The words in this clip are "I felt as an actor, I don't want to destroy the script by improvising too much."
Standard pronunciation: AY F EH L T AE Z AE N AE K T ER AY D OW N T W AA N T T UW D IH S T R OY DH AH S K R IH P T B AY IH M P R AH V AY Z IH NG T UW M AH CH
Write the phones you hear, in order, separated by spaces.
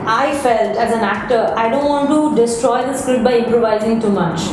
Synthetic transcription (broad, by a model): AY F EH L T AE Z AE N AE K T ER AY D OW N T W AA N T T UW D IH S T R OY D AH S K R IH T B AY IH M P R AH V AY Z IH NG T UW M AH CH